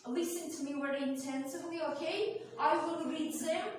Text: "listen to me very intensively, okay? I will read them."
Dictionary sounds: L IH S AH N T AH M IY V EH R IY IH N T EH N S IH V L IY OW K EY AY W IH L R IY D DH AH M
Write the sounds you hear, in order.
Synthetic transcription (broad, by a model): L IH S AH N T AH M IY W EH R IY IH N T EH N S IH V L IY OW K EY AY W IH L R IY D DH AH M